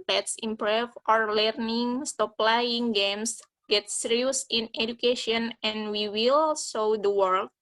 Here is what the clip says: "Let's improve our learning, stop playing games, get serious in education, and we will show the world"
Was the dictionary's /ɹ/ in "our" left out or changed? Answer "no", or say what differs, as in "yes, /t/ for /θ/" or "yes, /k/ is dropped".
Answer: no